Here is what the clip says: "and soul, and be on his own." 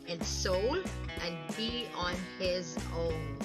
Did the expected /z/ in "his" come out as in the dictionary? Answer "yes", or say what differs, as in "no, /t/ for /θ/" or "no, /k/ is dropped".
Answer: yes